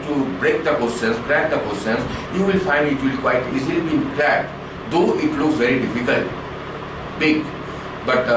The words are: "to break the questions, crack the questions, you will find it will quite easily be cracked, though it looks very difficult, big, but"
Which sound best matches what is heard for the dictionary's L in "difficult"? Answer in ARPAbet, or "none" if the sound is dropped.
L